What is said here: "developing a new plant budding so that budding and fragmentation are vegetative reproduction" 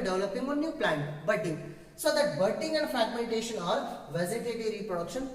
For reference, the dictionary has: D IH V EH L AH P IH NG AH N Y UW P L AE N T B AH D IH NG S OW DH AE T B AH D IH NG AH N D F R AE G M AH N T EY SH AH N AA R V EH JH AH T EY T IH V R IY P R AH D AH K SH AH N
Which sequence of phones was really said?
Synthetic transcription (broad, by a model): D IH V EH L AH P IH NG AH N Y UW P L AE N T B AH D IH NG S OW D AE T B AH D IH NG AH N D F R AE G M AH N T EY SH AH N AA R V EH Z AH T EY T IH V R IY P R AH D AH K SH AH N